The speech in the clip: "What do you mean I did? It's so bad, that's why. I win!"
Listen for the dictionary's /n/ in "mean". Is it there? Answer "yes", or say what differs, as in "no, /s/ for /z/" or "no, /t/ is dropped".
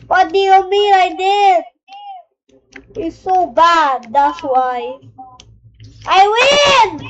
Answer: no, /l/ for /n/